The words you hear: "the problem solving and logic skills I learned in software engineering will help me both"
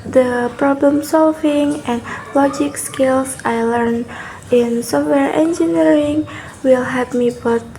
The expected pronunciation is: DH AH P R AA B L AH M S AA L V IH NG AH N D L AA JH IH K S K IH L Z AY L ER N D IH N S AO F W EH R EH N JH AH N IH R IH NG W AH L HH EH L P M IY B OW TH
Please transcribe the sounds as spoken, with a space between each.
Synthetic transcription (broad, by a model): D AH P R AA B L AH M S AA L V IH NG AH N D L AA JH IH K S K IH L S AY L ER N IH N S AO F W EH R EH N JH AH N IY R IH NG W AH L HH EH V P M IY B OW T